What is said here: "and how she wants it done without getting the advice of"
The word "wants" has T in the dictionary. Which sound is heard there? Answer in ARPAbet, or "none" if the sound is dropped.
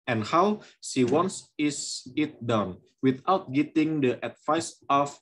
S